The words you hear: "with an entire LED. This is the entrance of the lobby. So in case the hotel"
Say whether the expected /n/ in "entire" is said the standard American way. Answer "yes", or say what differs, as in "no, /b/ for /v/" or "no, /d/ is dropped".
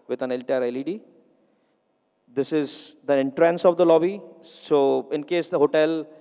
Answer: no, /l/ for /n/